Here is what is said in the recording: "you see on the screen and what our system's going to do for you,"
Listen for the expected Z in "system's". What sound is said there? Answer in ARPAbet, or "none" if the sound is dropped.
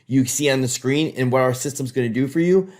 Z